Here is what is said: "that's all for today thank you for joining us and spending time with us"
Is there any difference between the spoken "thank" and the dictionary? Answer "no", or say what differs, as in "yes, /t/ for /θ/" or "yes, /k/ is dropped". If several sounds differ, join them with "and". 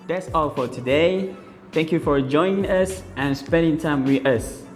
no